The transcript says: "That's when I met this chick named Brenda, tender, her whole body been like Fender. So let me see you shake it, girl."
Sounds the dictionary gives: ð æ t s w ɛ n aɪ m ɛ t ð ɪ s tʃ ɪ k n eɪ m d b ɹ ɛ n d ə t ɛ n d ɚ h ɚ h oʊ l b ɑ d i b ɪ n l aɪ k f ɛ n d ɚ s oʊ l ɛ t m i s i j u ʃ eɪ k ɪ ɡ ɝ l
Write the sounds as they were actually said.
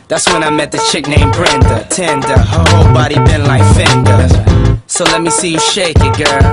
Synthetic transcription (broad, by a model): ð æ t s w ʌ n aɪ m ɛ t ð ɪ tʃ ɪ k n eɪ m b ɹ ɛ n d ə t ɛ n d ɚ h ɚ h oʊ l b ɑ d i b ɪ n l aɪ k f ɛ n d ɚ s oʊ l ɛ t m i s i j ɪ ʃ eɪ k ɪ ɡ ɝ